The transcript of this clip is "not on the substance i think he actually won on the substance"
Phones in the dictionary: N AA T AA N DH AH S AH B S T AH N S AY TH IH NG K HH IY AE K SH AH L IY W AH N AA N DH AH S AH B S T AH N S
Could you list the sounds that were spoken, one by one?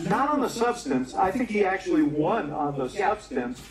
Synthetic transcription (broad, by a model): N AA T N DH AH S AH B S T AH N S AY TH IH NG K HH IY AE K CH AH L IY W AH N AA N DH AH S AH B S T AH N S